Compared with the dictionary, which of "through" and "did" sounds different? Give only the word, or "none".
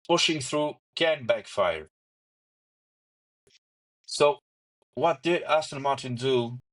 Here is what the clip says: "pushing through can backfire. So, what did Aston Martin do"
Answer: none